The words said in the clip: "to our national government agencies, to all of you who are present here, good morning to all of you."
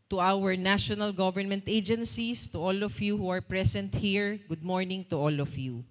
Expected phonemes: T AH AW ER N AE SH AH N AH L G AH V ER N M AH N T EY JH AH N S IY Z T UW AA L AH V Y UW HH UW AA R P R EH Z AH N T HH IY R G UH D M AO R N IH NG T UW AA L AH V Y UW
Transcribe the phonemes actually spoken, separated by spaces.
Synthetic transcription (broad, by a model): T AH AW ER N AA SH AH N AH L G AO V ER N M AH N T EY JH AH N S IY S T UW AA L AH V Y UW HH UW AA R P R EH S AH N T HH IY R G UH D M AO R N IH NG T UW AA L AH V Y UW